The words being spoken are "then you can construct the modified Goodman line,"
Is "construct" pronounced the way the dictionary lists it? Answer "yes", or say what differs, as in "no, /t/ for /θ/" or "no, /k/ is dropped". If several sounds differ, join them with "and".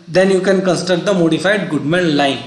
no, /ɹ/ is dropped